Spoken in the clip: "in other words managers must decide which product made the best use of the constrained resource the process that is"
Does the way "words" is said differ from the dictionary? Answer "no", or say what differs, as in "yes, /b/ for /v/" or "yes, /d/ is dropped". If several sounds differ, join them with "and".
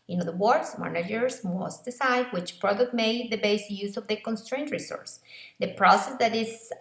yes, /s/ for /z/